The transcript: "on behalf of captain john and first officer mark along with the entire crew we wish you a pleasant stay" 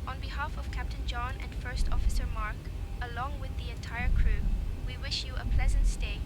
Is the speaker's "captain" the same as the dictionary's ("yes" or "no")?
yes